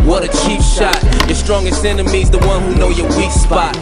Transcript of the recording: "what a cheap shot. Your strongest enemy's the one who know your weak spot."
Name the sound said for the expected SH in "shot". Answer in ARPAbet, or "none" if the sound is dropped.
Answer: SH